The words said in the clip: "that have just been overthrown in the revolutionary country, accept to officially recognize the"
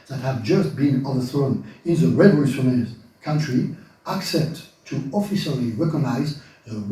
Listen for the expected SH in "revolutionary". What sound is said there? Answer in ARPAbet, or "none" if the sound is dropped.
S